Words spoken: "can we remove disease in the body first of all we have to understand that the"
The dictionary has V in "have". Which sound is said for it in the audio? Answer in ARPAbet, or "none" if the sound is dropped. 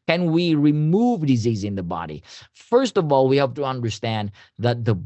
P